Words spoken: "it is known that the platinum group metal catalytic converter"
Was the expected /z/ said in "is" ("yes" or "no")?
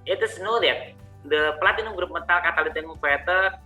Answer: no